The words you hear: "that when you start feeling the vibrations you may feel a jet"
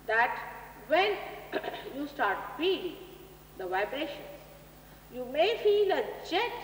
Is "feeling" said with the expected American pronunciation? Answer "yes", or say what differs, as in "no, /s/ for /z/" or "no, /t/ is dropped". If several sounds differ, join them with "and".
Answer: no, /p/ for /f/